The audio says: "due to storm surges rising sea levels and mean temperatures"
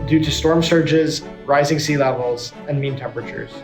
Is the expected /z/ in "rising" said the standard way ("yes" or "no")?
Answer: yes